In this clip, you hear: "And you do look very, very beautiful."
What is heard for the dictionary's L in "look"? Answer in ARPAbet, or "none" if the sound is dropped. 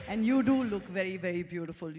L